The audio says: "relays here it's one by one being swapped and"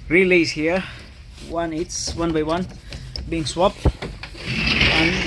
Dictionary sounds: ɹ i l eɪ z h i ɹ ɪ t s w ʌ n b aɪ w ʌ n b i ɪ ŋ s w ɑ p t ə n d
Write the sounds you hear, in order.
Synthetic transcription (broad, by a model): ɹ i l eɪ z h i w ɪ t s w ʌ n b aɪ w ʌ n b i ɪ ŋ s w ɑ p t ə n